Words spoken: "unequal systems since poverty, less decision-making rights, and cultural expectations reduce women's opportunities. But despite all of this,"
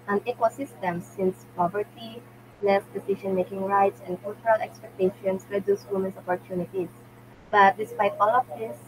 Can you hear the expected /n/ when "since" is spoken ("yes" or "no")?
yes